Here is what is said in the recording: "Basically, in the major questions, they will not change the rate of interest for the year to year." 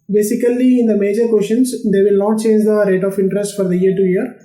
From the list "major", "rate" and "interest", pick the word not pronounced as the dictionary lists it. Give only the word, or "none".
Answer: none